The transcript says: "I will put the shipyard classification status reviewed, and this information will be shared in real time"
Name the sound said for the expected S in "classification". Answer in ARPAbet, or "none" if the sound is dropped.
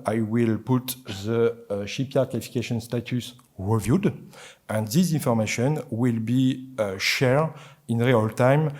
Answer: none